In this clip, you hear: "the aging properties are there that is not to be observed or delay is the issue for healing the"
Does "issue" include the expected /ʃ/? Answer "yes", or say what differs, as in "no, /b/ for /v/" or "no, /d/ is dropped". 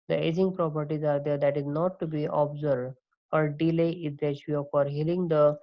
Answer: no, /ʃ/ is dropped